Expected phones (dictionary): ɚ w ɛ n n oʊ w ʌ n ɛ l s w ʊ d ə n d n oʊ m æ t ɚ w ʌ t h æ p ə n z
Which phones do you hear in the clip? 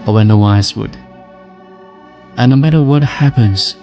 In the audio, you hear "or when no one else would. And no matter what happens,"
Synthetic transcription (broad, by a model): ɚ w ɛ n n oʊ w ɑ ɪ s w ʊ d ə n n oʊ m æ t ɚ w ʌ t h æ p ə n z